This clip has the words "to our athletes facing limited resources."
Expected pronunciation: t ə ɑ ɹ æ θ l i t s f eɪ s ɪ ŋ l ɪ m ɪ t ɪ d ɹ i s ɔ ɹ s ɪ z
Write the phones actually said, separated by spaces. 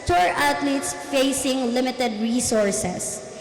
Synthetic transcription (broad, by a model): t ɑ ɹ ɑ t l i t s f eɪ s ɪ ŋ l ɪ m ɪ t ɪ d ɹ i s ɔ ɹ s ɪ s